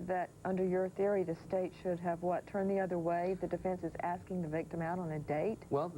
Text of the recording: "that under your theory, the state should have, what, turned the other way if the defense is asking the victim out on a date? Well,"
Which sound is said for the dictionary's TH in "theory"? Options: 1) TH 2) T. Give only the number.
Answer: 1